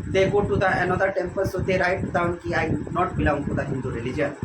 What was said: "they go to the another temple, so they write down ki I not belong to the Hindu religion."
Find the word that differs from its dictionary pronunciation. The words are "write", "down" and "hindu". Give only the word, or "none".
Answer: none